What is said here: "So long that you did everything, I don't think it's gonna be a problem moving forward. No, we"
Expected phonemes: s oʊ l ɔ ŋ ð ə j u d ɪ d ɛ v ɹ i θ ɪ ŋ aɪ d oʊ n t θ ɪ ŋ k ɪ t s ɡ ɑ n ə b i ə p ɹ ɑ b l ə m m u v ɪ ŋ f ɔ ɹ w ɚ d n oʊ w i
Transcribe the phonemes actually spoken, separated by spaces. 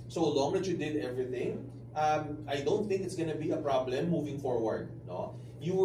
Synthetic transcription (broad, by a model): s oʊ l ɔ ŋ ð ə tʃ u d ɪ d ɛ v ɹ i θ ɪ ŋ aɪ d oʊ n t θ ɪ ŋ k ɪ t s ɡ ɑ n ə b i ə p ɹ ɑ b l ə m m u v ɪ ŋ f ɔ ɹ w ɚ d n oʊ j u